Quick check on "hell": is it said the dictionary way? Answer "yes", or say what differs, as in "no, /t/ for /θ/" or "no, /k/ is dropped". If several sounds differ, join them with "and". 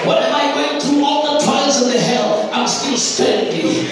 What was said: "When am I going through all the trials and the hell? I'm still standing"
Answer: yes